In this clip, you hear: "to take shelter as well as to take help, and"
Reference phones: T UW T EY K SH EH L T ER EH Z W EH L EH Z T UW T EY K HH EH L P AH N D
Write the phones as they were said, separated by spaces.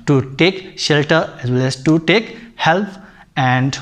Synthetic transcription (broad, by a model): T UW T EY K SH EH L T ER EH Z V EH L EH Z T UW T EY K HH EH L P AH N D